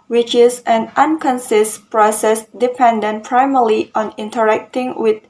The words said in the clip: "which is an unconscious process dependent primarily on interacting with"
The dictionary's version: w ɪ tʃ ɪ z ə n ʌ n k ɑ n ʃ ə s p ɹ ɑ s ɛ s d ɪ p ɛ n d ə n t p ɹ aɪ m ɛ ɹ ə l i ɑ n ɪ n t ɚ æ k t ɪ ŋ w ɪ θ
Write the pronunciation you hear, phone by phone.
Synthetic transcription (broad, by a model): w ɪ tʃ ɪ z ə n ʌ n k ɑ n s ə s p ɹ ɑ s ɛ s d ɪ p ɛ n d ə n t p ɹ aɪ m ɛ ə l i ɑ n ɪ n t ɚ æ k t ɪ ŋ w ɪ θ